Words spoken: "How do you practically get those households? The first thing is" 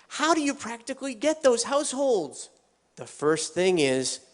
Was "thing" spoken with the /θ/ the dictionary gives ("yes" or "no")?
yes